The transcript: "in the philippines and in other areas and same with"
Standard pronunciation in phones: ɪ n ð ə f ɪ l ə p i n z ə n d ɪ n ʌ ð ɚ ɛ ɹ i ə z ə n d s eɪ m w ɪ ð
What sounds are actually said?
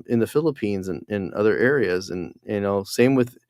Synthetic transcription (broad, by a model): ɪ n ð ə f ɪ l ə p i n z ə n ɪ n ʌ ð ɚ ɛ ɹ i ə z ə n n s eɪ m w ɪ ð